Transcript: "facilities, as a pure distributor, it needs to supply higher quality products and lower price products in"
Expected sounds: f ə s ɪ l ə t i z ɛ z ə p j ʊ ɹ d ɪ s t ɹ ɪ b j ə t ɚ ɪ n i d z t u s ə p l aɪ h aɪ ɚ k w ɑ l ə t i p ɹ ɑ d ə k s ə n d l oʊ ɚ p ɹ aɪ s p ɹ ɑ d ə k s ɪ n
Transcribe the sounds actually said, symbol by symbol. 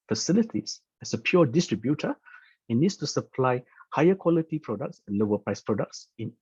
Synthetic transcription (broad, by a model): f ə s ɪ l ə t i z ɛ s ə p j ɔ d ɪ s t ɹ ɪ b j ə t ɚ ɪ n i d s t u s ə p l aɪ h aɪ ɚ k w ɑ l ə t i p ɹ ɑ d ə k s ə n l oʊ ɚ p ɹ aɪ s p ɹ ɑ d ə k s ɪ n